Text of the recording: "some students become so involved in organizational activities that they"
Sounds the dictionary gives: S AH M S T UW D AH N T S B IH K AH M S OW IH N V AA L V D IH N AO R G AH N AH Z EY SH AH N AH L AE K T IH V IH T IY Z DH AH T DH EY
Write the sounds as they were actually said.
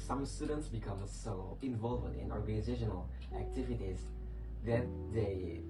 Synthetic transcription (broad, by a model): S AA M S T UW D AH N T S B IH K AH M S OW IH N V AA L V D IH N AO R G AH N AH Z EY SH AH N AH L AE K T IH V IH T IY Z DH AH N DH EY